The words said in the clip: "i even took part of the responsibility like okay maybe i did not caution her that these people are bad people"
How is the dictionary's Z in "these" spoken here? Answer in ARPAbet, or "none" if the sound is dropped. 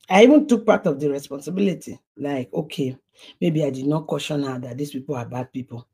S